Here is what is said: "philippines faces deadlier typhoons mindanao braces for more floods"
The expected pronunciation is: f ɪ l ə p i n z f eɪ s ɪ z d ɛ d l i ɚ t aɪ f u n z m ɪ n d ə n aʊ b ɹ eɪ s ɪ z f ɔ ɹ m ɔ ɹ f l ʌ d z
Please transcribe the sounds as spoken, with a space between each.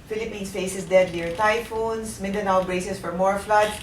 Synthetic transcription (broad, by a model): f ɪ l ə p i n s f eɪ s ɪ s d ɛ d n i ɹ t aɪ f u n s m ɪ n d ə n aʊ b ɹ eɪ s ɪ s f ɔ ɹ m ɔ ɹ f l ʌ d